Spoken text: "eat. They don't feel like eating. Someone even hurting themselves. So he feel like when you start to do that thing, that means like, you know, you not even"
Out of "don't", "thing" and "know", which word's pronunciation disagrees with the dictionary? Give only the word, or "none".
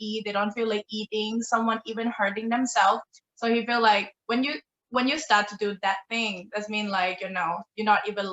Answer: none